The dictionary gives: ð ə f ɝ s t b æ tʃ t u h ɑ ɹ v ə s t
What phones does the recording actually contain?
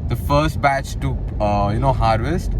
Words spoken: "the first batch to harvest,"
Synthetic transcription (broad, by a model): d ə f ɝ s t b æ tʃ t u h ɑ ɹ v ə s t